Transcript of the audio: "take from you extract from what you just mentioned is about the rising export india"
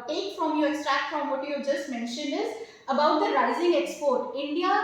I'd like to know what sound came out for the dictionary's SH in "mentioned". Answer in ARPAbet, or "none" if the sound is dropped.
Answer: SH